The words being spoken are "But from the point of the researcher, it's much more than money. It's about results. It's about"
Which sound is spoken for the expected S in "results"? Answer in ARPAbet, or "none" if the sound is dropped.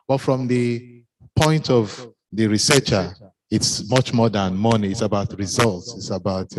S